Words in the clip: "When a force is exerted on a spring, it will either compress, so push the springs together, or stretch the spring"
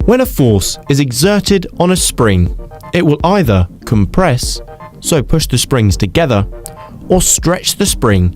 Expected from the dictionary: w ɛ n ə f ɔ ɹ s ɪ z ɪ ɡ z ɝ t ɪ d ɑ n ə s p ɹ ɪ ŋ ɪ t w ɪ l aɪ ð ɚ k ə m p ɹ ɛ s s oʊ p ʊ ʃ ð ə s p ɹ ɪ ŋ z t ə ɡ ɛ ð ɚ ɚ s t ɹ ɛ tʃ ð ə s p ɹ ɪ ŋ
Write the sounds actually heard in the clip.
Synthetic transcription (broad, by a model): w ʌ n ə f ɔ ɹ s ɪ z ɪ ɡ z ɝ t ɪ d n ə s p ɹ ɪ ŋ ɪ t w ɪ l aɪ ð ɚ k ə m p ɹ ɛ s s oʊ p ʊ ʃ ð ə s p ɹ ɪ ŋ z t ə ɡ ɛ ð ɚ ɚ s t ɹ ɛ tʃ ð ə s p ɹ ɪ ŋ